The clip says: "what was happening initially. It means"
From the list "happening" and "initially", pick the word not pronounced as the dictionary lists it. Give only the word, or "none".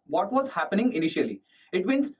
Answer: none